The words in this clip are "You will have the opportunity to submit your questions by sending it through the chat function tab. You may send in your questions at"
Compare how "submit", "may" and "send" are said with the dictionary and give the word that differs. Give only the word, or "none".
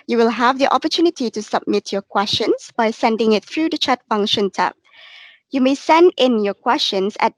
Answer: none